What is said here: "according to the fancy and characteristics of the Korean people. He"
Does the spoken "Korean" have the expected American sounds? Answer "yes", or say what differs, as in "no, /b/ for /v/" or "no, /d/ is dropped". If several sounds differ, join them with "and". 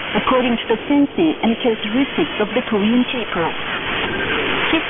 no, /ɹ/ is dropped